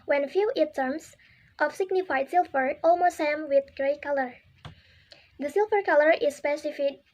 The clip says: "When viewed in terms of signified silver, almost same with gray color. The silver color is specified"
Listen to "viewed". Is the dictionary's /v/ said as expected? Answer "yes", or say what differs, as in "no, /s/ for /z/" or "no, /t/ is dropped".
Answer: no, /f/ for /v/